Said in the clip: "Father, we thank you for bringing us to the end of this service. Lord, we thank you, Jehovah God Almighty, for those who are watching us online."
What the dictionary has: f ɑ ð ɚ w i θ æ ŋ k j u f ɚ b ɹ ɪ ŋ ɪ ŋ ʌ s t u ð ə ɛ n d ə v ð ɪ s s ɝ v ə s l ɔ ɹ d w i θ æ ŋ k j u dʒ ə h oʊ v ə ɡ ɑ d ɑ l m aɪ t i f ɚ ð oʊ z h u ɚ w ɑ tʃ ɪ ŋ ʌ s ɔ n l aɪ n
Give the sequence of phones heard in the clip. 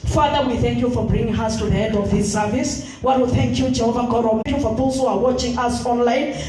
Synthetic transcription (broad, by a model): f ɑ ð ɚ w i θ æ ŋ k j u f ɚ b ɹ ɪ ŋ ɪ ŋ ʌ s t u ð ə ɛ n d ə v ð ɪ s s ɝ v ə s w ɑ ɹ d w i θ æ ŋ k j u dʒ ə h oʊ v ə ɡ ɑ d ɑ m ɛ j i f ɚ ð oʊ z h u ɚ w ɑ tʃ ɪ ŋ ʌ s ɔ n l aɪ n